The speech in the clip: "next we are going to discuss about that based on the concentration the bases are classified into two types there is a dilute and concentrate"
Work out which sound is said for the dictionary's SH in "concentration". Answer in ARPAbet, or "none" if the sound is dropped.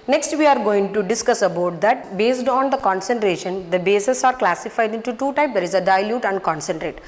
SH